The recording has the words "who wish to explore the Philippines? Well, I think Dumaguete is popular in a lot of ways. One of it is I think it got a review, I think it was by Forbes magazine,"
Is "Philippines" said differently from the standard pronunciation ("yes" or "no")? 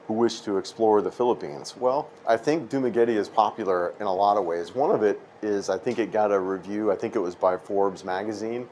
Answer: no